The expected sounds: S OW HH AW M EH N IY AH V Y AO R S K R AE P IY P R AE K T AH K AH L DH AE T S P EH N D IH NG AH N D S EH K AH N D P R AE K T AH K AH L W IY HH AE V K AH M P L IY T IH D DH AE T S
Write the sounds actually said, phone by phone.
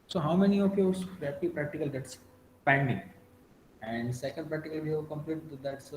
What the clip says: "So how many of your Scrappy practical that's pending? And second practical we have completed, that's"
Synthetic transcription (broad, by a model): S OW HH AW M EH N IY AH F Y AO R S R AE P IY P R AE K T AH K AH L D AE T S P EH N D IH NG AH N D S EH K AH N D P R AE K T AH K AH L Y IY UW K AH M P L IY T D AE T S